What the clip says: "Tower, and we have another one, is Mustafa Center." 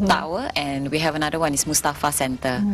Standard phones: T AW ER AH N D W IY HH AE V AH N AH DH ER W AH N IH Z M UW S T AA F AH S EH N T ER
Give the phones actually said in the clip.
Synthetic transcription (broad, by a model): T AW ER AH N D W IY HH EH V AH N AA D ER W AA N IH S M UW S T AA F AH S EH N T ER